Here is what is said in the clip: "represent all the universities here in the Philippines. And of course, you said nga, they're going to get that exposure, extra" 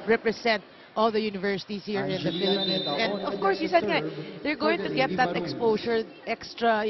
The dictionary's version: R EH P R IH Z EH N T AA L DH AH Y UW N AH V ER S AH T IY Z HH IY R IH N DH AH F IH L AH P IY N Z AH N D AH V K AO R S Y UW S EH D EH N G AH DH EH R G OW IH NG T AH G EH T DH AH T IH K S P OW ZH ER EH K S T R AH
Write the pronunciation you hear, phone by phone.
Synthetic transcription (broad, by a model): R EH P R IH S EH N T AA L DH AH Y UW N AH V ER S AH T IY S HH IY R IH N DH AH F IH L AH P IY N S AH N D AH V K AO R S Y UW S EH D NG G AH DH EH R G OW IH NG T AH G EH T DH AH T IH K S P OW S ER EH K S T R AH